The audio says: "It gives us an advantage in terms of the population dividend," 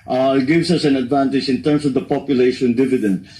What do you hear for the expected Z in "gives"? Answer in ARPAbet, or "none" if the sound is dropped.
S